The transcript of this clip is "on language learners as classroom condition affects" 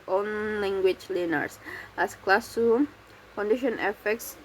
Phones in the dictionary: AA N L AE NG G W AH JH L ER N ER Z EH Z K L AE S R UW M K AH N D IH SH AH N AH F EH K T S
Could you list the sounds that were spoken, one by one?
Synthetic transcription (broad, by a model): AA N L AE NG G W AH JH L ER N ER S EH S K L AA S UW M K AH N D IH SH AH N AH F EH K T S